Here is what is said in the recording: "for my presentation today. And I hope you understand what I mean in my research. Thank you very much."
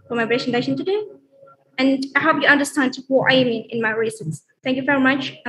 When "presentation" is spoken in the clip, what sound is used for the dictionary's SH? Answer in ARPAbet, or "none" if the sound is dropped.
S